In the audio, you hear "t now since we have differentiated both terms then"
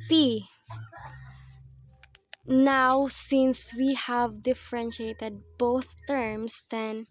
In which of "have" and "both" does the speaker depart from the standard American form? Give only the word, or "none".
none